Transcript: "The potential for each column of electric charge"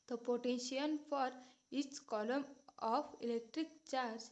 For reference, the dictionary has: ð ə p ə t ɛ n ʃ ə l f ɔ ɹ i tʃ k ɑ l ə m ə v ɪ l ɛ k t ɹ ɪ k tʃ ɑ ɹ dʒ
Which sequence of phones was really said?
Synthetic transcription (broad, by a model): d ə p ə t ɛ n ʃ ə n f ɔ ɹ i s k ɑ l ə m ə f ɪ l ɛ k t ɹ ɪ k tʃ ɑ ɹ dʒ